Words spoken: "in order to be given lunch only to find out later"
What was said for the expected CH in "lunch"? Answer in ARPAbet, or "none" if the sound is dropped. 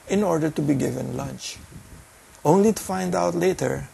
CH